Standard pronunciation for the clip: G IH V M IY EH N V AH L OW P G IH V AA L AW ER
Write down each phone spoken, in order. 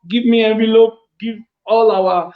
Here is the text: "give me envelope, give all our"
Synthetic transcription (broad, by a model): G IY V M IY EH V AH L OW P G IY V AA L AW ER